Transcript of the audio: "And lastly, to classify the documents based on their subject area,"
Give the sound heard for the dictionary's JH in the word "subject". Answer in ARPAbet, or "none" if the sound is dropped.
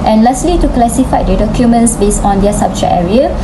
CH